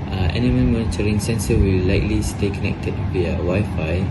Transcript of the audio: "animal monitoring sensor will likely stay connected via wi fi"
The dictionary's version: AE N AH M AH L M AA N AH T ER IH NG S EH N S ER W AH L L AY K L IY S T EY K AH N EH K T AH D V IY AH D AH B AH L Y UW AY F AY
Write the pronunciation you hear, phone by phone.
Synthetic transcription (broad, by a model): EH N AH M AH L M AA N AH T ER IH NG S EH N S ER W AH L L AY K L IY S T EY K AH N EH K T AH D W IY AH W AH Y F AY